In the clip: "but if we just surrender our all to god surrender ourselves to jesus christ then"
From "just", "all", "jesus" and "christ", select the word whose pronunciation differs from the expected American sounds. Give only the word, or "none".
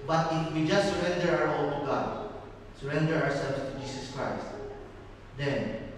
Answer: jesus